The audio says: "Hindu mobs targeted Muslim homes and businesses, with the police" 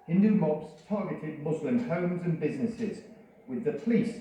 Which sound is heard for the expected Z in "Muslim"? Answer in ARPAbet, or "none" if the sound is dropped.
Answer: Z